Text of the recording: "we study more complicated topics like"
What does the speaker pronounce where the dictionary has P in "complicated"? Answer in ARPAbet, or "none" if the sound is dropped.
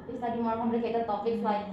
B